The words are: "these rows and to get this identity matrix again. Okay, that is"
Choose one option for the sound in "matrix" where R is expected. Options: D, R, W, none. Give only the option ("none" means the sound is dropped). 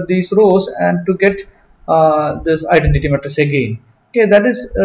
none